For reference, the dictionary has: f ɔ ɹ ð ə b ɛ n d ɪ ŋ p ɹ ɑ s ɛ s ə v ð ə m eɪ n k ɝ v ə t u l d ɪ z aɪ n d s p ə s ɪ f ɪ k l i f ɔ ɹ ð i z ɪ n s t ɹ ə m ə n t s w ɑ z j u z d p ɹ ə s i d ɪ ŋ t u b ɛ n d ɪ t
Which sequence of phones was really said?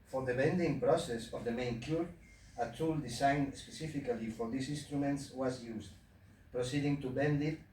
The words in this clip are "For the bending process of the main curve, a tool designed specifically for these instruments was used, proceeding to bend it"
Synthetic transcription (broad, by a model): f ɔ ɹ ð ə b ɛ n d ɪ ŋ p ɹ ɑ s ɛ s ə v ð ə m eɪ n k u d ə t u l d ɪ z aɪ n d s p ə s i f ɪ k l i f ɔ ɹ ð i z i n s t ɹ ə m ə n t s w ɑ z j u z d p ɹ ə s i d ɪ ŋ t u b ɛ n d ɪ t